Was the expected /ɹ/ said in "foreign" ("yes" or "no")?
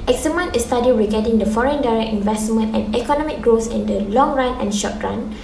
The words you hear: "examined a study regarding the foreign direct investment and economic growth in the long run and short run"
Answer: yes